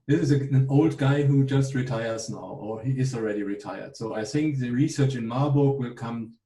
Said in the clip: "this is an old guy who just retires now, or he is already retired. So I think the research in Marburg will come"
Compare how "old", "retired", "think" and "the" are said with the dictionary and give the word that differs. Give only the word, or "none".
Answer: none